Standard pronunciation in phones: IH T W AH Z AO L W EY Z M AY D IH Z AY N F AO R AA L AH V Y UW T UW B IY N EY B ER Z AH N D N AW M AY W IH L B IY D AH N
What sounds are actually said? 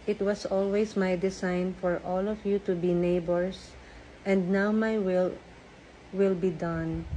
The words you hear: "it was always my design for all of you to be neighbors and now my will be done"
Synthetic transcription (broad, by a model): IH T W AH S AO L W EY S M AY D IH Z AY N F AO R AA L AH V Y UW T UW B IY N EY B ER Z AH N D N AW M AY W IH L B IY D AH N